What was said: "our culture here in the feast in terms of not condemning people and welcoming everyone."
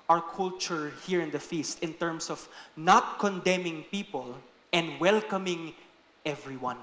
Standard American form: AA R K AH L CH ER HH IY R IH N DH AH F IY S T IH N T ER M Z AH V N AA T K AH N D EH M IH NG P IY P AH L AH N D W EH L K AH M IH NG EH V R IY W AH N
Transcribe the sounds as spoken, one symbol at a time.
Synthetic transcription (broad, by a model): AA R K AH L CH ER HH IY R IH N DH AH F IY S T IH N T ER M S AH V N AA T K AH N D EH M IH NG P IY P AH L AH N D W EH L K AH M IH NG EH V R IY W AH N